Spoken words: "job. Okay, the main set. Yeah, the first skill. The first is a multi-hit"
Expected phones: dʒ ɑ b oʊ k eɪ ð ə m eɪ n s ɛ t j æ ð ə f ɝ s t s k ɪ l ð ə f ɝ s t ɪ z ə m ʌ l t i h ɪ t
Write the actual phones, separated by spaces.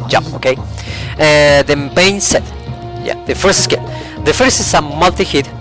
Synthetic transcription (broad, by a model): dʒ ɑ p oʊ k eɪ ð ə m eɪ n s ɛ t j æ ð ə f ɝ s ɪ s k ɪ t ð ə f ɝ s t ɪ s ə m ʌ l t i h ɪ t